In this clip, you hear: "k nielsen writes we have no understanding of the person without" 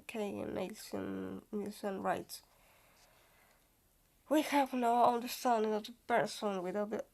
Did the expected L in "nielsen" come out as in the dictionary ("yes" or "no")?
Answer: no